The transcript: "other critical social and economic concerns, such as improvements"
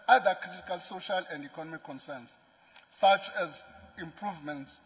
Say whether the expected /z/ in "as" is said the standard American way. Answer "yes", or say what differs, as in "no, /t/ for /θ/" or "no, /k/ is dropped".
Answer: yes